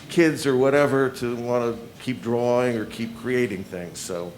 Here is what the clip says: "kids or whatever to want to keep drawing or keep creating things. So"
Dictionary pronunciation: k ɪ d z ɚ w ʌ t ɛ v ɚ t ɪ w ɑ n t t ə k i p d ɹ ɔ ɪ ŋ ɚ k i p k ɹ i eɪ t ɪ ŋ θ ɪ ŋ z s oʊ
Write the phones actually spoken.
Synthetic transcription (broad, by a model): k ɪ d z ɚ w ʌ t ɛ v ɚ t ɪ w ɑ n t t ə k i p d ɹ ɔ ɪ ŋ ɚ k i p k ɹ i eɪ t ɪ ŋ θ ɪ ŋ z s oʊ